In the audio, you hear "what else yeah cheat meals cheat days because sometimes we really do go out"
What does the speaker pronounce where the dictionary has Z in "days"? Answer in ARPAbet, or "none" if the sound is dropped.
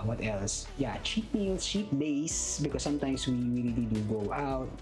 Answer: S